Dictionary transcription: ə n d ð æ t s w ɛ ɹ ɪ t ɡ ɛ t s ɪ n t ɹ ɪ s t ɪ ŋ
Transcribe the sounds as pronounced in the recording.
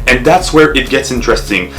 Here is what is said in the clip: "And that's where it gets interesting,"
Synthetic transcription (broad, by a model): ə n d ð æ t s w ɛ ɹ ɪ t ɡ ɛ t s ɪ n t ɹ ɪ s t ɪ ŋ